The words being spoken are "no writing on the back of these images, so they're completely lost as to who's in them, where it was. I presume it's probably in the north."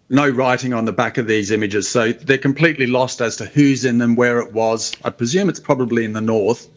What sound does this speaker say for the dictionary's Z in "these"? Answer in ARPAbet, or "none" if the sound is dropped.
Z